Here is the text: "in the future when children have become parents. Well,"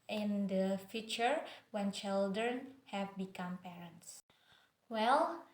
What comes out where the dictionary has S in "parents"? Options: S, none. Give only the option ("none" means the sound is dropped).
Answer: S